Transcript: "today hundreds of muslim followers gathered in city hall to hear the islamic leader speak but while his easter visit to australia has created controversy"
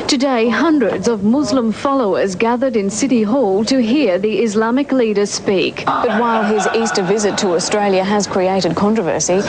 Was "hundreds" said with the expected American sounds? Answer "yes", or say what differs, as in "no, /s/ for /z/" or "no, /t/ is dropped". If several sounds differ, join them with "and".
yes